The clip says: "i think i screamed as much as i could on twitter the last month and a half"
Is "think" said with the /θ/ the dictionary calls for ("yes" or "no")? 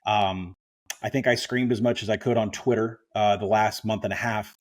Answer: yes